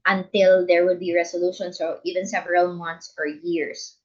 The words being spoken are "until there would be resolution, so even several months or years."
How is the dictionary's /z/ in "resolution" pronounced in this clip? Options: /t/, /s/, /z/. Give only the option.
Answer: /s/